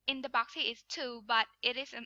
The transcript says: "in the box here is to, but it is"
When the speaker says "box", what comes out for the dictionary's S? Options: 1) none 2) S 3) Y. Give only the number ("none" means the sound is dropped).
2